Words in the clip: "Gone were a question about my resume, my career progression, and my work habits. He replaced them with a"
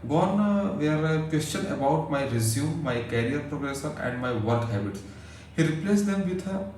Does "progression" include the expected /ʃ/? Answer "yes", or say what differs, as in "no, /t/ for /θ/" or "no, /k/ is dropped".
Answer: no, /s/ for /ʃ/